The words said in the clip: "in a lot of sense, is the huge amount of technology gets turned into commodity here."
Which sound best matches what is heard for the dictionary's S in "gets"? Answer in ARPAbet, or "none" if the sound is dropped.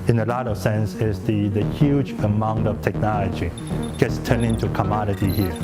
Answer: S